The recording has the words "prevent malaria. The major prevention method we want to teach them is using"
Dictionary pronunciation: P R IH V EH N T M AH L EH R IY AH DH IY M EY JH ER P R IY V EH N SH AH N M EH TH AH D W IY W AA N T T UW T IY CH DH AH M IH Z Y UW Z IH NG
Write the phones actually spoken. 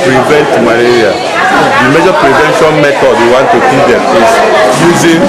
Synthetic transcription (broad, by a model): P R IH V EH N T M AH L EH R IY AH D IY M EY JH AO P R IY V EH N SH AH N M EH T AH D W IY W AA N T T UW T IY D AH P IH S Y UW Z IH